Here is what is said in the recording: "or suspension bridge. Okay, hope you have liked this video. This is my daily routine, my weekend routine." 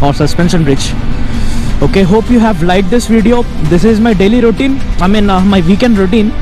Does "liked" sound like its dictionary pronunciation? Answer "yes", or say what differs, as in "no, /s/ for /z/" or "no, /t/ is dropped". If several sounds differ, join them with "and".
no, /k/ is dropped